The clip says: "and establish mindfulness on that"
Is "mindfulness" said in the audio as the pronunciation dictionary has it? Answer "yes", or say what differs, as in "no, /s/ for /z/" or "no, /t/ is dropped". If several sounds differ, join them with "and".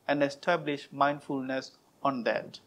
yes